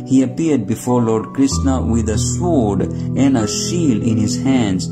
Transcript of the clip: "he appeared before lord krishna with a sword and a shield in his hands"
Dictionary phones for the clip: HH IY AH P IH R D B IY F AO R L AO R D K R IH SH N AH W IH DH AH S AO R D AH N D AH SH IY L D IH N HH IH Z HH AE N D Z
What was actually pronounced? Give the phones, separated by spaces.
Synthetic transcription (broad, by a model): HH IY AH P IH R D B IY F AO R L AO R D K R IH S N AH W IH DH AH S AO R D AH N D AH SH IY L IH N HH IH Z HH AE N D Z